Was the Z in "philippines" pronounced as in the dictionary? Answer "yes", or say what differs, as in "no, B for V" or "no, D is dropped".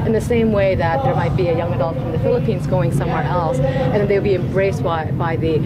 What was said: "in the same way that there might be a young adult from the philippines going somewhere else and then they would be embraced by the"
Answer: yes